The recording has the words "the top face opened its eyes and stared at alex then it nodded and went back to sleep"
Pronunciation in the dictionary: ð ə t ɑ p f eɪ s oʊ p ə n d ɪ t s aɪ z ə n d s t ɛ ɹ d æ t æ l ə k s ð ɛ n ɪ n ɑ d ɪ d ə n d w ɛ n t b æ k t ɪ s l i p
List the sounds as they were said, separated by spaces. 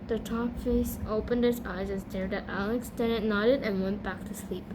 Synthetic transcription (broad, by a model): ð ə t ɑ p f eɪ s oʊ p ə n d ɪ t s aɪ z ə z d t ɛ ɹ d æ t æ l ə k s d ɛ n ɪ n ɑ d ɪ d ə n w ɛ n b æ k t ɪ s l i p